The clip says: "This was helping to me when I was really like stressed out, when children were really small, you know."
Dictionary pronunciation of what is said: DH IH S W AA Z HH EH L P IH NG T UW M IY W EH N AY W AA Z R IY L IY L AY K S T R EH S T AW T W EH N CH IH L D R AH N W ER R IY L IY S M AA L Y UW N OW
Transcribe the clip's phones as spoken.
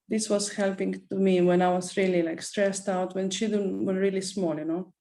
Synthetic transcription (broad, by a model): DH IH S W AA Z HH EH L P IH NG T UW M IY W EH N AY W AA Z R IY L IY L AY K S T R EH S T AW T W EH N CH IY D AH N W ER R IY L IY S M AA L Y UW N OW